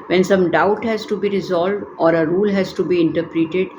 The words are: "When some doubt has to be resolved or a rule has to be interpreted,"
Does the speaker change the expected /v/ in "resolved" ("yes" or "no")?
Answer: no